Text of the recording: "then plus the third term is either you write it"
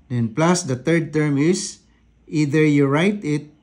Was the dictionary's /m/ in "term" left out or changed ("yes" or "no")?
no